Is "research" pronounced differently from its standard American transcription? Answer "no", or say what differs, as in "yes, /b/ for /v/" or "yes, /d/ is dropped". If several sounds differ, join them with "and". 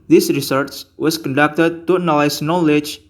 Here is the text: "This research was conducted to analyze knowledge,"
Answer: yes, /s/ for /tʃ/